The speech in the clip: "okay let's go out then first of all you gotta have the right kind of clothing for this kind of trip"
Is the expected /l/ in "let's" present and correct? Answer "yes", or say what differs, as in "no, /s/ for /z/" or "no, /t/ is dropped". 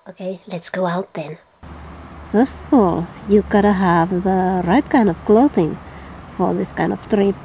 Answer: yes